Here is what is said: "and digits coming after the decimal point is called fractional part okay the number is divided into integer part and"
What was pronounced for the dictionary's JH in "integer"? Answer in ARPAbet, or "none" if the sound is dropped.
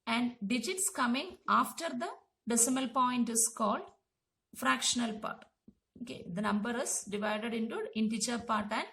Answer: CH